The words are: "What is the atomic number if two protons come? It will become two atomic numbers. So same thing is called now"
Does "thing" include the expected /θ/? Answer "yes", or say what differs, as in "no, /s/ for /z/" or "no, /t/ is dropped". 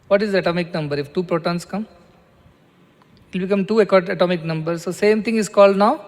no, /t/ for /θ/